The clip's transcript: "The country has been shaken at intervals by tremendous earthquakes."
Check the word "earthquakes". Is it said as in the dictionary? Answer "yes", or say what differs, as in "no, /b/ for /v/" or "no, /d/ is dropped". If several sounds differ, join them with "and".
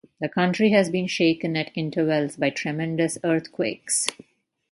no, /t/ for /θ/